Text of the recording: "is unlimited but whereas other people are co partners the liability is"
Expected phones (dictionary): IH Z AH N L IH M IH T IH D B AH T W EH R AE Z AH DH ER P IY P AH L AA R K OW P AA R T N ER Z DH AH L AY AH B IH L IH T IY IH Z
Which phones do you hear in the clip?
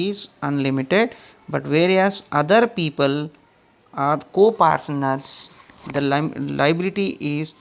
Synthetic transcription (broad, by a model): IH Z AH N L IH M IH T IH D B AH T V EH R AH S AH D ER P IY P AH L AA R K OW P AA R S N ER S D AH L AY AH B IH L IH T IY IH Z